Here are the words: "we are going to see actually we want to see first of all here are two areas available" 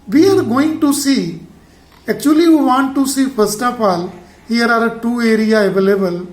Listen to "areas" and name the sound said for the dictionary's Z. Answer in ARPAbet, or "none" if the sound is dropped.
none